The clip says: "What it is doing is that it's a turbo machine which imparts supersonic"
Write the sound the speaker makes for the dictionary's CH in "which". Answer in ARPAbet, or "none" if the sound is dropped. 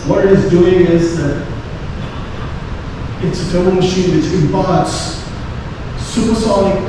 S